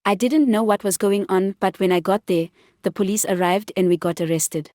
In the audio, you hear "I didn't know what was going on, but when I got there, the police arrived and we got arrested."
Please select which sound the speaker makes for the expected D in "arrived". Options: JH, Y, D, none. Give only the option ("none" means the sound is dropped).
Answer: D